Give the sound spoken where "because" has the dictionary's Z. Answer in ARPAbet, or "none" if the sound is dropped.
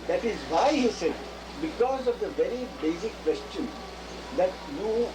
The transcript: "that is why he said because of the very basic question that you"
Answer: Z